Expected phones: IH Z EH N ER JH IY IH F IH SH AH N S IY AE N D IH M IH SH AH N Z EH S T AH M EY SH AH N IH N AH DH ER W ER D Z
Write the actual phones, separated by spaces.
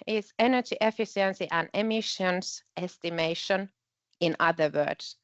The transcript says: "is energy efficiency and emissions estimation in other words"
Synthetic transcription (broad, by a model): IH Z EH N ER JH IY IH F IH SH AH N S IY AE N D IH M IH SH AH N S EH S T AH M EY SH AH N IH N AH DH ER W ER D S